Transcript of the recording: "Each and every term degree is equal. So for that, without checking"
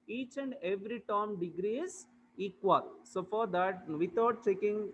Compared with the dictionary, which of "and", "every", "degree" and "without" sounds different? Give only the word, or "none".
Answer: without